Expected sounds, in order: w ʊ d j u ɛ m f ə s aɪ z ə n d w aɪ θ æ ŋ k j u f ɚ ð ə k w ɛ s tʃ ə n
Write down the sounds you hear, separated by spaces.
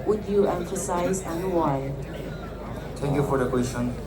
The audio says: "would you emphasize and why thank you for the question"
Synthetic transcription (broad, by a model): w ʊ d j u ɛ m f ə s aɪ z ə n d w aɪ t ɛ ŋ k j u f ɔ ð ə k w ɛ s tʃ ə n